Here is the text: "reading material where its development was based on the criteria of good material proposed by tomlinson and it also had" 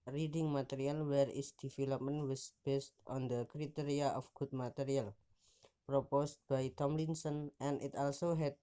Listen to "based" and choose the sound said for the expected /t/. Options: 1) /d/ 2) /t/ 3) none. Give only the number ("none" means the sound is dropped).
2